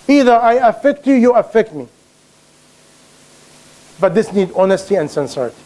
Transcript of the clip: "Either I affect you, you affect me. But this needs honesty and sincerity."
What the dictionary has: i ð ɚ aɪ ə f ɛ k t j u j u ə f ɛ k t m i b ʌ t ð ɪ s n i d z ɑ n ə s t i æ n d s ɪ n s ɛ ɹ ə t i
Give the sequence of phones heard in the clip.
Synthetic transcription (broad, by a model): i ð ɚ aɪ ə f ɛ k t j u j u ə f ɛ k t m i b ʌ t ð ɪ s n i d ɑ n ə s t i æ n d s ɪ n s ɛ ɹ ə t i